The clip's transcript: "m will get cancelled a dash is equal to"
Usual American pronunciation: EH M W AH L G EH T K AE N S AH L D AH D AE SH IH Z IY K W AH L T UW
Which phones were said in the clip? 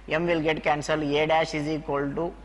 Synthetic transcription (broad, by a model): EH M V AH L G EH T K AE N S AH L AH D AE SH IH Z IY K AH L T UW